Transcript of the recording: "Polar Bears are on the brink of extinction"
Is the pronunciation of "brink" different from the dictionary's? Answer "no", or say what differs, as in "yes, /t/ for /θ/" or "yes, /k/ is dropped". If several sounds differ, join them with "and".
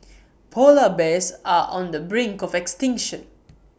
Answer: no